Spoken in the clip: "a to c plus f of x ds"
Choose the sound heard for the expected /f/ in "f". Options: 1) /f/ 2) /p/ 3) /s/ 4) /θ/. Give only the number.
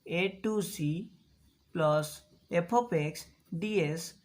2